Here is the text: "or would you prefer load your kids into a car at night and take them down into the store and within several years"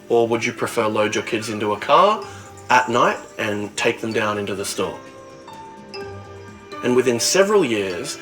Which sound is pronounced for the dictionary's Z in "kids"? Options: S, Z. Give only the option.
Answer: Z